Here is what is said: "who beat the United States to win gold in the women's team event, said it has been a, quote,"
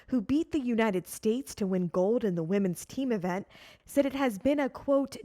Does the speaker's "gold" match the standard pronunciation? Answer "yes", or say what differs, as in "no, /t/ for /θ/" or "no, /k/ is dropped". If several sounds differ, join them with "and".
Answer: yes